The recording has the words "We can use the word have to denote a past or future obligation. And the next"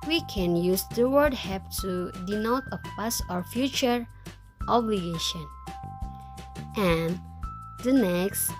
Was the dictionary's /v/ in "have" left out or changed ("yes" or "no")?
yes